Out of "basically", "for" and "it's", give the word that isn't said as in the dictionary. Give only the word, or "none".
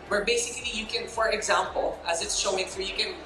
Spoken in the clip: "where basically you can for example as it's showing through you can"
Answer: none